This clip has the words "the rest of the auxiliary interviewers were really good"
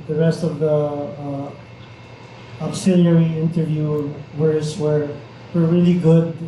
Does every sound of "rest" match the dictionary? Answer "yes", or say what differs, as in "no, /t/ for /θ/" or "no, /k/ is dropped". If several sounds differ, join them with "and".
yes